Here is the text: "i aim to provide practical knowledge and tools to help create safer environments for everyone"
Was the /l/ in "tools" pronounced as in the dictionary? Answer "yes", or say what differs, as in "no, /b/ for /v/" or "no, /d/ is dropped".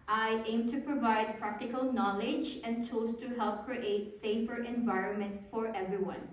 no, /l/ is dropped